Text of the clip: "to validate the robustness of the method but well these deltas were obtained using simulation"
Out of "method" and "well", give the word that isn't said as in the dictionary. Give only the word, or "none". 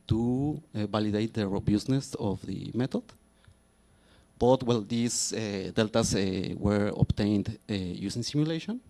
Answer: method